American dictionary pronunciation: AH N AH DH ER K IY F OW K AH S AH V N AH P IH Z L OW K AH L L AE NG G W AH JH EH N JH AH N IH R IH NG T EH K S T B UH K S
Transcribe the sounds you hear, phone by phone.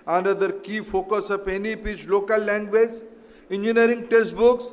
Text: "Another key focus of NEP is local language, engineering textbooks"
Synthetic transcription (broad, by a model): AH N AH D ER K IY F OW K AH S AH P N AH P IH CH L OW K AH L L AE NG G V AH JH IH N JH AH N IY R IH NG T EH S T B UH K S